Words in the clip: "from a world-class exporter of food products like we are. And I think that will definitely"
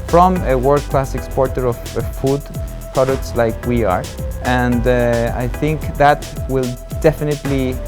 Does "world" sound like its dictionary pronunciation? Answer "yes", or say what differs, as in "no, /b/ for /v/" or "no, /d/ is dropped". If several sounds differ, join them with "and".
no, /l/ is dropped